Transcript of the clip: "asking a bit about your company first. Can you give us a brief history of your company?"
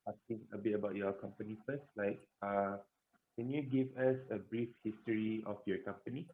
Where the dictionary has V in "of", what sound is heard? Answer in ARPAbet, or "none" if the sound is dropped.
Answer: F